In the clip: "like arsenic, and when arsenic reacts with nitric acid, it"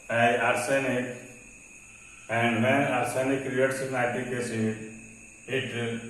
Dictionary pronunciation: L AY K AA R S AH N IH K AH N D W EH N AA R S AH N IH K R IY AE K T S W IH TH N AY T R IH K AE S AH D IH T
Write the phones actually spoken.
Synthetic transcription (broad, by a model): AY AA R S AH N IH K AH N D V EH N AA R S AH N IH K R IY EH T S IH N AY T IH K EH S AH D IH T